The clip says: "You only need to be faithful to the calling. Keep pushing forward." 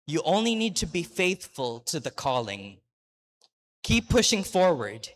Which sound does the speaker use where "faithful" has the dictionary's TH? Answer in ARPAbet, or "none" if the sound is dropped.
TH